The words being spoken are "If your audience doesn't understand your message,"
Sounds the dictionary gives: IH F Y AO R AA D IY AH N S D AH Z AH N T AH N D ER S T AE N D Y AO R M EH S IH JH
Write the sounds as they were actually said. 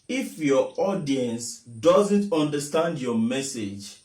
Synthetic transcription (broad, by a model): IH F Y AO AA D IY AH N S D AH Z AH N T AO N D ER S T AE N D Y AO M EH S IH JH